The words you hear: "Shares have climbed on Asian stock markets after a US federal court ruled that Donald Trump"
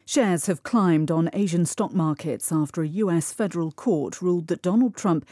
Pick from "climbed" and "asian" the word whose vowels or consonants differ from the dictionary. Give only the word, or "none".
none